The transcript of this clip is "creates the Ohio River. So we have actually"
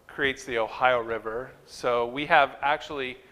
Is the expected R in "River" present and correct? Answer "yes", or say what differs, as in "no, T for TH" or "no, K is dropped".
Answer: yes